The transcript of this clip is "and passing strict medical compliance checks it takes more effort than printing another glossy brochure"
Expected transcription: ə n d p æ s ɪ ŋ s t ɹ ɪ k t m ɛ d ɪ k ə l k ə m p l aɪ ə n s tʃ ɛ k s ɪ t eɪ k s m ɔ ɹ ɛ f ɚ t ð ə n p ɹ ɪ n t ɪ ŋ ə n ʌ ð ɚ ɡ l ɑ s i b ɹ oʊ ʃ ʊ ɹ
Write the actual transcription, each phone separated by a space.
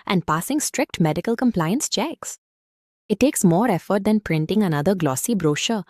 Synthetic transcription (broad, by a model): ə n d p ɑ s ɪ ŋ s t ɹ ɪ k t m ɛ d ɪ k ə l k ə m p l aɪ ə n s tʃ ɛ k s ɪ t eɪ k s m ɔ ɹ ɛ f ɚ t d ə n p ɹ ɪ n t ɪ ŋ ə n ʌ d ɚ ɡ l ɑ s i b ɹ oʊ ʃ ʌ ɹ